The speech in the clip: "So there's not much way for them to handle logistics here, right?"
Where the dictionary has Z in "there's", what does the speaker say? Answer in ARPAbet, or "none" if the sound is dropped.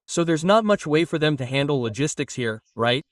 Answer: Z